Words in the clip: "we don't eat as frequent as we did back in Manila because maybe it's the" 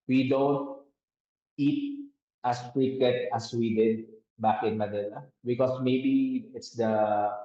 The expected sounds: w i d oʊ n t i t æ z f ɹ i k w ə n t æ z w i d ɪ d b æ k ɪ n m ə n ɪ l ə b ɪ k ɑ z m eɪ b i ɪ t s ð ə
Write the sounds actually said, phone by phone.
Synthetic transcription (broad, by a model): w i d oʊ n t i t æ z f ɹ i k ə t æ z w i d ɪ d b æ k ɪ n m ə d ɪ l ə b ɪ k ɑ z m eɪ b i ɪ t s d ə